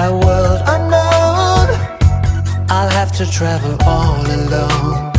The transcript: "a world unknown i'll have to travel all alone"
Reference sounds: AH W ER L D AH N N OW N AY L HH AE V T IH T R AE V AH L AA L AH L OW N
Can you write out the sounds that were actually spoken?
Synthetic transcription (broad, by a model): W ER L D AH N L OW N AY L HH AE F T IH T R AE V AH L AA L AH L OW N